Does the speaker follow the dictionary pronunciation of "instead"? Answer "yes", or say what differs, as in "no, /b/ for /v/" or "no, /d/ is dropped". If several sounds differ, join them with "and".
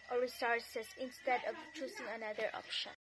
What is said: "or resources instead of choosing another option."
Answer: yes